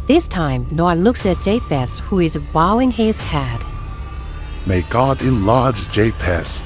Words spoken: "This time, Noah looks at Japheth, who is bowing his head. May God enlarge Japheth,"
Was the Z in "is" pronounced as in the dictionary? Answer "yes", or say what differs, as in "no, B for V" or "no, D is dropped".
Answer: yes